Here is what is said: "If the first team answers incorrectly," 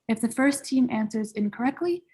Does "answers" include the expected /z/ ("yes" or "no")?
yes